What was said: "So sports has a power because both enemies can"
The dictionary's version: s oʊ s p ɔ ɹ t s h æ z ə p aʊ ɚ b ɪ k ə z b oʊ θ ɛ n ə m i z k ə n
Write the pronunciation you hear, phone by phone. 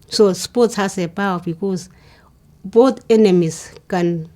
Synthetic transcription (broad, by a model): s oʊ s p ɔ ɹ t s h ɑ s ə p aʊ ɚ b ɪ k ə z b oʊ t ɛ n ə m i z k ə n